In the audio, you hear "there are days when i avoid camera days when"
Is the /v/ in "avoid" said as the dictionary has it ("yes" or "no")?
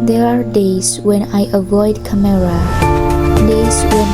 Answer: yes